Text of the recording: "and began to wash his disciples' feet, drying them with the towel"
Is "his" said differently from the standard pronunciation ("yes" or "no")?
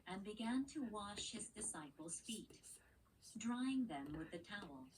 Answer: no